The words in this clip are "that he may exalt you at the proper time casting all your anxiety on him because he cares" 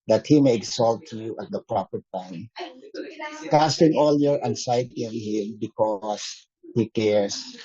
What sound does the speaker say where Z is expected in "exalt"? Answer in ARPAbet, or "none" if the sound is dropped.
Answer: S